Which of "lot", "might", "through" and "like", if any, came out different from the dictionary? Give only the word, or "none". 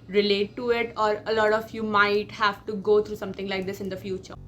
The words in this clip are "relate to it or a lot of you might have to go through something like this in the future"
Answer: through